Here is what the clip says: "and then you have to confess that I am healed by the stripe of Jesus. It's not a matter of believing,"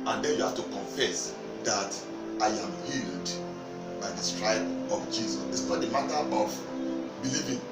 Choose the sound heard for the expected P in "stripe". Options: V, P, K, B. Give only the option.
B